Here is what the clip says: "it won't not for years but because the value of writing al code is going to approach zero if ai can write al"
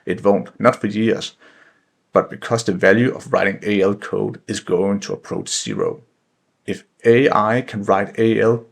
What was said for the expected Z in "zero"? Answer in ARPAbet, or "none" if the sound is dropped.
S